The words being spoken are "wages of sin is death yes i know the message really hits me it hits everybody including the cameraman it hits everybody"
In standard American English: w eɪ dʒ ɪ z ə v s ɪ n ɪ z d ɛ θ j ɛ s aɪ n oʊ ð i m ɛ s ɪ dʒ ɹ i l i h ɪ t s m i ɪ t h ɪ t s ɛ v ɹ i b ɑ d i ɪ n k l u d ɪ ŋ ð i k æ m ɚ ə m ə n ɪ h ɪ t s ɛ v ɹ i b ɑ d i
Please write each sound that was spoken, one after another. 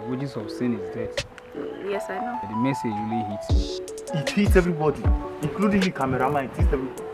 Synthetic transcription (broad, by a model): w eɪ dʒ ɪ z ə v s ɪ n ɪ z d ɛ t j ɛ s aɪ n oʊ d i m ɛ s ɪ dʒ w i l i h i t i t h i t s ɛ v ɹ i b ɑ d i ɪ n k l u d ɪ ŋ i k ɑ m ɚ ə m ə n ɪ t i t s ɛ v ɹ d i